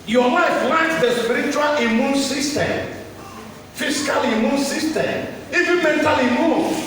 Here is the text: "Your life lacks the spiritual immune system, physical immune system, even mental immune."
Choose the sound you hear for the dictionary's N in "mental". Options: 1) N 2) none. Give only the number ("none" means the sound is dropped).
1